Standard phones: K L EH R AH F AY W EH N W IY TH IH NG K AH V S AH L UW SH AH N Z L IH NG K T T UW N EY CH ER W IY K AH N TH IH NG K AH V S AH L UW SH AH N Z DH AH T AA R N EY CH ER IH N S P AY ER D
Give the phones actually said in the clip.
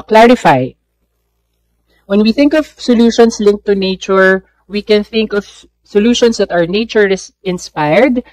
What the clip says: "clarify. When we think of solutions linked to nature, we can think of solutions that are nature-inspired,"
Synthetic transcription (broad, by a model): K L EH R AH F AY W EH N W IY TH IH NG K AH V S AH L UW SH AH N S L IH NG K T T UW N EY CH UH W IY K AH N TH IH NG K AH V S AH L UW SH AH N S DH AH T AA W N EY CH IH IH N S P AY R D